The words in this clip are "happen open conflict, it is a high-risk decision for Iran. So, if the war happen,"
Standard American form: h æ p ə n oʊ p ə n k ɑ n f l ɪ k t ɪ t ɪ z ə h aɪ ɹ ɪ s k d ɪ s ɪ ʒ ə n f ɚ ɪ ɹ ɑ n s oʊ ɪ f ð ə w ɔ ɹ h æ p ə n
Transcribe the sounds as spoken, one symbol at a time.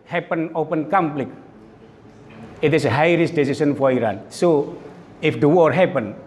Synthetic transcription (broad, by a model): h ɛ p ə n oʊ p ə n k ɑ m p l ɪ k ɪ t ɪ s ə h aɪ ɹ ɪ s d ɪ s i s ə n f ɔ ɪ ɹ ɑ n s oʊ ɪ f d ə w ɔ ɹ h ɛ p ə n